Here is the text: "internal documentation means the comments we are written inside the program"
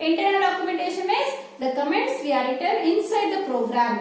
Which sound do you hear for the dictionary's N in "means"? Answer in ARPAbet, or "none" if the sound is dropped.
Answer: none